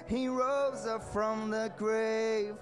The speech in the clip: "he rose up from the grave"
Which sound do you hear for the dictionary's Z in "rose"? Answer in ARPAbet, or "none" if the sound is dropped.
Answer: Z